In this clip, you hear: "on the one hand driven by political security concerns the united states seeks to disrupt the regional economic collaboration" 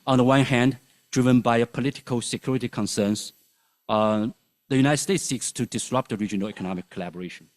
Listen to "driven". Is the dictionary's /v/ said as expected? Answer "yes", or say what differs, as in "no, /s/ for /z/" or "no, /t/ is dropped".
yes